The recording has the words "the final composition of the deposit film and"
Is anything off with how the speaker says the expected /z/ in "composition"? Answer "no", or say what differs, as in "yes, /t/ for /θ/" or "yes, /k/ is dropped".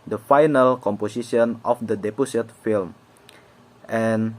yes, /s/ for /z/